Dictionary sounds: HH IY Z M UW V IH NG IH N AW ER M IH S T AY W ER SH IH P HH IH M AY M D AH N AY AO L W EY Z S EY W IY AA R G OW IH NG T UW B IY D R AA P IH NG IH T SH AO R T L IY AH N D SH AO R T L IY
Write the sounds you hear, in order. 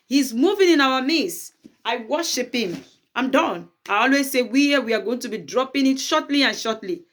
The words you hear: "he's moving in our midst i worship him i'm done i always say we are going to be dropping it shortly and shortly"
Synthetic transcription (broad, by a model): HH IY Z M UW V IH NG IH N AW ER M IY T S AY W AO SH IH P HH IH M AY M D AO N AY AO L W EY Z S EY W IY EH W G OW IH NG T UW B IY D R AA P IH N IH T SH AO T L IY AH N SH AO T L IY